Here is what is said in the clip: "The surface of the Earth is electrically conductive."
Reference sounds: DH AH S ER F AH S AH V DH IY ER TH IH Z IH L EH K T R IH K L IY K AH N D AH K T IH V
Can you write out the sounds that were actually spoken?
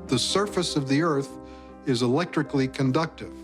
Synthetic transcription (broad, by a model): DH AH S ER F AH S AH V DH IY ER TH IH Z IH L EH K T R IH K L IY K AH N D AH K T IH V